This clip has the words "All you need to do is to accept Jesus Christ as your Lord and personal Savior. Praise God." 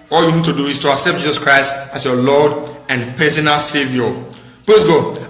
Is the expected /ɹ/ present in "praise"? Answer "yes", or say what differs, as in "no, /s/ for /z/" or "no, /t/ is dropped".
no, /l/ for /ɹ/